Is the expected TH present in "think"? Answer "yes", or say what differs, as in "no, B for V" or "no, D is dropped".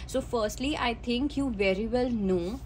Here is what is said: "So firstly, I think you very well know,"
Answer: no, T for TH